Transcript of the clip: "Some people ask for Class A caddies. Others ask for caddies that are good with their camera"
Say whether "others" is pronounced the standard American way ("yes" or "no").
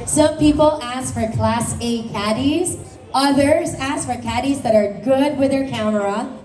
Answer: yes